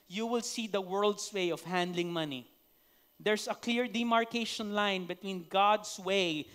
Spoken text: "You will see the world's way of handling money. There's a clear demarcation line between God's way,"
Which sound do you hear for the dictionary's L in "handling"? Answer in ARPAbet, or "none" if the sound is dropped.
L